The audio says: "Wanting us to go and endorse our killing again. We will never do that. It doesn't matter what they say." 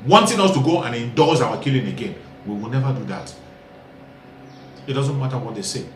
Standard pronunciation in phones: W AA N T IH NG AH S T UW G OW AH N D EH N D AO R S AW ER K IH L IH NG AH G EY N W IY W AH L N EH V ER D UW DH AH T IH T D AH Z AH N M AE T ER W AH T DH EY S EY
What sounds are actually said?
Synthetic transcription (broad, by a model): W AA N T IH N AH S T UW G OW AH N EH N D AO L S AW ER K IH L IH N AH G EY N W IY W AH L N EH V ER D UW DH AH T IH T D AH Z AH N M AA T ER W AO T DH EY S EY